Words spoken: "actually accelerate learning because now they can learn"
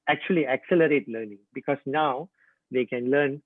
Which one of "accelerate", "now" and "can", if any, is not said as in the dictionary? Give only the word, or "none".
none